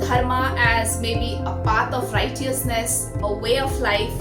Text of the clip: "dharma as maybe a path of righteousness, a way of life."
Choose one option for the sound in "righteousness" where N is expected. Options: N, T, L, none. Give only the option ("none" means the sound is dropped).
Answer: N